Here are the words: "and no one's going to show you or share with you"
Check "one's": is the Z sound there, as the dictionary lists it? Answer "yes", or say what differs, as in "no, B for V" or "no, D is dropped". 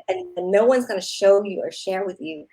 yes